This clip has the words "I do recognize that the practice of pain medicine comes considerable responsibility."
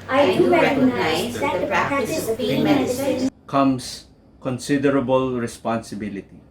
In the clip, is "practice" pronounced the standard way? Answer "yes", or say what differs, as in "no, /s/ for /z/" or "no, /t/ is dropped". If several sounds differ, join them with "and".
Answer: no, /s/ is dropped